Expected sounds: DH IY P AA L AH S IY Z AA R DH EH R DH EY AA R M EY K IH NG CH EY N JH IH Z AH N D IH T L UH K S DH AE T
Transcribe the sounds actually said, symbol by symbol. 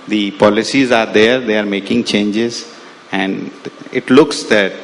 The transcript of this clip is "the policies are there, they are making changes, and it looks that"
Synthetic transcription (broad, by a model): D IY P AA L AH S IY Z AA R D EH R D EY AA R M EY K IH NG CH EY N JH IH Z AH N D IH T L UH K S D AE T